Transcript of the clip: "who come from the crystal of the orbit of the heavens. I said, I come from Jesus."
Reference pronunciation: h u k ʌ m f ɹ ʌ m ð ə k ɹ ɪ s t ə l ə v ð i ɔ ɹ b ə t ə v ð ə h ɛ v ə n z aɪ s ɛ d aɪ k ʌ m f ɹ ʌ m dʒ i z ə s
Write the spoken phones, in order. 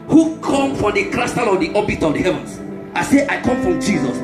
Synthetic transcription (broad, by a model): h u k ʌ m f ɹ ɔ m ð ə k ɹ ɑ s t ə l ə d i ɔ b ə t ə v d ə h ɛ v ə n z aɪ s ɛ aɪ k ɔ m f ɹ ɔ m dʒ i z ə s